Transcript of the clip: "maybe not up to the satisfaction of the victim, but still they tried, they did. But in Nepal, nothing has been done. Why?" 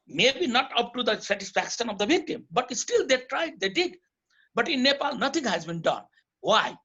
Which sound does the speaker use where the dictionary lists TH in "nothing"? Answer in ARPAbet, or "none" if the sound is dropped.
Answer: T